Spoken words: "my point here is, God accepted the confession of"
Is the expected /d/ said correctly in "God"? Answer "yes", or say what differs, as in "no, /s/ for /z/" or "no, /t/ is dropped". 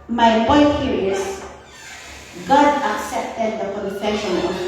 yes